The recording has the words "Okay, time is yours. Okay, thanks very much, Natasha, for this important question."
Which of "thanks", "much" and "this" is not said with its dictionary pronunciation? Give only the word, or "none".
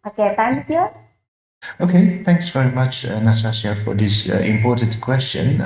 none